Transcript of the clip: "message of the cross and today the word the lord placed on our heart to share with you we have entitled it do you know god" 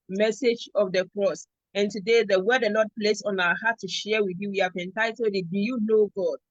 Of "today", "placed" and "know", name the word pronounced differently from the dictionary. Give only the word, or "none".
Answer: placed